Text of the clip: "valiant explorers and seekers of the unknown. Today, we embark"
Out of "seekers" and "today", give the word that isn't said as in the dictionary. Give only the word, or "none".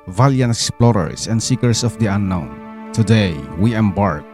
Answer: seekers